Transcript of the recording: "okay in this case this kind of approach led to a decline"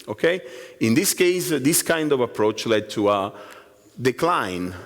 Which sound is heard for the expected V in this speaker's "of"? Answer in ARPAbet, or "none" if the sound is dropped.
V